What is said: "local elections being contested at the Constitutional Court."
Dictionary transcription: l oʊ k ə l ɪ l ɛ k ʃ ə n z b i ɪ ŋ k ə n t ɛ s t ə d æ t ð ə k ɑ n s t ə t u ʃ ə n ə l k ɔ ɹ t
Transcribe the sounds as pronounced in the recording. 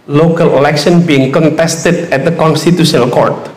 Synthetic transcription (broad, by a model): l oʊ k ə l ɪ l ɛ k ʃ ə n b i ɪ ŋ k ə n t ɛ s t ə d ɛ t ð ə k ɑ n s t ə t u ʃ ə n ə l k ɔ ɹ t